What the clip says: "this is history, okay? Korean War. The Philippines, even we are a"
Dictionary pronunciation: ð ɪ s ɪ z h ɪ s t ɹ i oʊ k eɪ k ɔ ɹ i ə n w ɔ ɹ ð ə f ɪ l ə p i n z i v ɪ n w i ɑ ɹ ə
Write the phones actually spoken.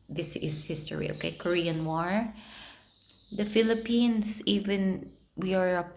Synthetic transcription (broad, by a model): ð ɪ s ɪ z h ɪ s t ɹ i oʊ k eɪ k ɔ ɹ i ə n w ɔ ɹ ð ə f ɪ l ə p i n s i v ɪ n w i ɑ ɹ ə